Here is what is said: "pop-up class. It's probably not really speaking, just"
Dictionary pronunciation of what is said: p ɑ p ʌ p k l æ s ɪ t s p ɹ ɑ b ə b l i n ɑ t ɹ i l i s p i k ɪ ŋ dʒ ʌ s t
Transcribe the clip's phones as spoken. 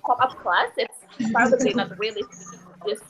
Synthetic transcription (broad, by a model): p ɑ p ʌ p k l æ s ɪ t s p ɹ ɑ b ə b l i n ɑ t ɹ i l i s i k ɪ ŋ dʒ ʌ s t